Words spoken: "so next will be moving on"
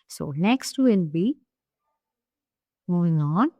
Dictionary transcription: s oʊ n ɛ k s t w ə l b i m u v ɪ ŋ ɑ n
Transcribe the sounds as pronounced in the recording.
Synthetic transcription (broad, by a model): s oʊ n ɛ k s t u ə n b i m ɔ ɪ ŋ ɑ n